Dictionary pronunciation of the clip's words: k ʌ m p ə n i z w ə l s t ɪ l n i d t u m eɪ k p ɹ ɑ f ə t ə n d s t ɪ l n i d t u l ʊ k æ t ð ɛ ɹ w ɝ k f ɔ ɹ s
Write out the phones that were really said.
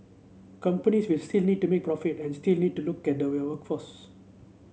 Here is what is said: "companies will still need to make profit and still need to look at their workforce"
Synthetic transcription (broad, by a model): k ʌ m p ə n i s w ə l s t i l n i d t u m eɪ k p ɹ ɑ f ə t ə n s t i l n i d t u l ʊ k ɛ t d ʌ w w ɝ k f ɔ s